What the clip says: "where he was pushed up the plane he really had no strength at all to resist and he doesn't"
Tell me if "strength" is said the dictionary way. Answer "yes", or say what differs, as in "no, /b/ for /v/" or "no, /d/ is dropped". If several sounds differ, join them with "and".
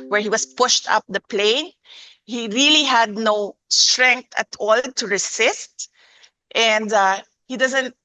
no, /t/ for /θ/